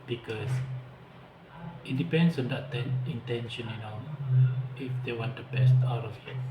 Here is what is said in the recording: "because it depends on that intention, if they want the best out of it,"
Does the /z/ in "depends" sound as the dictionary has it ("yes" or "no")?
no